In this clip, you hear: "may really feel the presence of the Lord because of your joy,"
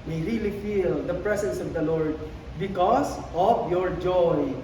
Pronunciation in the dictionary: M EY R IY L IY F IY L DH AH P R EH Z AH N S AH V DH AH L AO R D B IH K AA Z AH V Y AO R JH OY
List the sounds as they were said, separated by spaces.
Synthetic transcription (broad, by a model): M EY R IY L IY F IY L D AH P R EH S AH N S AH V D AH L AO R D B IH K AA S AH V Y AO R JH OY